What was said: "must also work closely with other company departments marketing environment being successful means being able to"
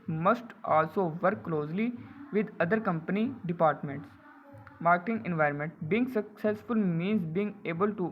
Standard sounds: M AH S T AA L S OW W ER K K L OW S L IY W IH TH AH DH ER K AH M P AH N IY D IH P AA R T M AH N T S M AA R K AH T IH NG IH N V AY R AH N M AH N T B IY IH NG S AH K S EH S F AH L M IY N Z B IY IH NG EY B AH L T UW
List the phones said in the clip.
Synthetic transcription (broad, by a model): M AH S T AA L S OW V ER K K L OW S L IY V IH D AH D ER K AH M P AH N IY D IH P AA R T M AH N T S M AA R K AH T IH NG IH N V AY R AH N M AH N T B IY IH NG S AH K S EH S F AH L M IY N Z B IY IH NG EY B AH L T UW